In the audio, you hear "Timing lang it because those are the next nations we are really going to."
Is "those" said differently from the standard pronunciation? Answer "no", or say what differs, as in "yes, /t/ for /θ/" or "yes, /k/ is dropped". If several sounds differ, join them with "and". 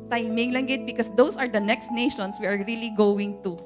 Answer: yes, /s/ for /z/